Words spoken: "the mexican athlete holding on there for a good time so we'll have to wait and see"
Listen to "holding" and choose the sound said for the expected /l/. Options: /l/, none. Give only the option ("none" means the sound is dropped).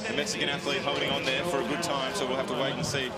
none